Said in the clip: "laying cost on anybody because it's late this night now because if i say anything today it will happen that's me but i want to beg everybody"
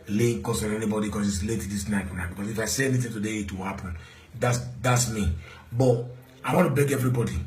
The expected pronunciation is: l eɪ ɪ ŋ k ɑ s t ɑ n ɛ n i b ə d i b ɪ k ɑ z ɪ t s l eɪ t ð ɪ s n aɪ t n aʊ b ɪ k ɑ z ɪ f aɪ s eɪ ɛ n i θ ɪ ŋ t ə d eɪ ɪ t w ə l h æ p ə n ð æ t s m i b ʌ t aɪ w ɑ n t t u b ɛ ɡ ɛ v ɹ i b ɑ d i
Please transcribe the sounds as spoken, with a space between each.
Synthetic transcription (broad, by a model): l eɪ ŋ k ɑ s ɑ n ɛ n i b ə d i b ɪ k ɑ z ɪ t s l eɪ t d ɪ s n aɪ t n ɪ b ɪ k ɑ s ɪ f aɪ s eɪ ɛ n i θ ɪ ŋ t ə d eɪ ɪ t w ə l h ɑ p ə n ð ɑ t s m i b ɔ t aɪ w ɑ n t t u b ɛ ɡ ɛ v ɹ i b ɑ d i